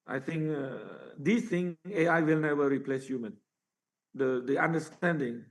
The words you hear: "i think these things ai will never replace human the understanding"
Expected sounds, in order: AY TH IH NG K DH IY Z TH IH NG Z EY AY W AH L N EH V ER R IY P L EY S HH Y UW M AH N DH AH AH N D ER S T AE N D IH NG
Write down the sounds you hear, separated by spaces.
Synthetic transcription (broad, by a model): AY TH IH NG K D IY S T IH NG EY AY W AH L N EH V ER R IY P L EY S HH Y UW M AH N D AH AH N D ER S T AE N D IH NG